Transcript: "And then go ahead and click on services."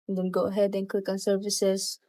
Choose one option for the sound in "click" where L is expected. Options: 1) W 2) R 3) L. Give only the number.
3